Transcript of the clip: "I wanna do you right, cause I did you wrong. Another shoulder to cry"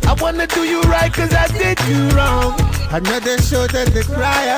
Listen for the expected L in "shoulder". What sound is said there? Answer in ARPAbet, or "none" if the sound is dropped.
none